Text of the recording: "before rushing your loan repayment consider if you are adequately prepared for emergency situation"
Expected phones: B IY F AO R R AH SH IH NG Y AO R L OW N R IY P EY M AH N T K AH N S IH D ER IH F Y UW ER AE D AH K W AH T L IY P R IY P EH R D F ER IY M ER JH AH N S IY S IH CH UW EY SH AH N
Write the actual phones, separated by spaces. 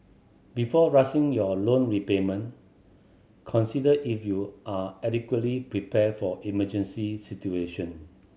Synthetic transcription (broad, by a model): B IY F AO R R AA S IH NG Y AO L OW N R IY P EY M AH N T K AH N S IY D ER IH F Y UW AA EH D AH K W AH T L IY P R IY P EH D F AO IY M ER JH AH N S IY S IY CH UW EY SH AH N